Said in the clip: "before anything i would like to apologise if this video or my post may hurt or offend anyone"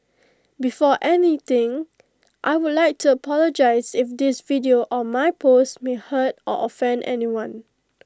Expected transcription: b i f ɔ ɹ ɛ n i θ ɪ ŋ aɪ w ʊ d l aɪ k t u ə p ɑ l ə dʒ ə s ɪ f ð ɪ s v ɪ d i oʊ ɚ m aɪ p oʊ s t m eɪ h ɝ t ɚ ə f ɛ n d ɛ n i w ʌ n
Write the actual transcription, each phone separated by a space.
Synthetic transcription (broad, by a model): b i f ɔ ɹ ɛ n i t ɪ ŋ aɪ w ʊ d l aɪ k t u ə p ɑ l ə dʒ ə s ɪ f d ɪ s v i d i oʊ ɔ m aɪ p oʊ s t m eɪ h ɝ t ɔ ə f ɛ n d ɛ n i w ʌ n